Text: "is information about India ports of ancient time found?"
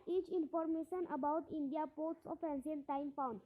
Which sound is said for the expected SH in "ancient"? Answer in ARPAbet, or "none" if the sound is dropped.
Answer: S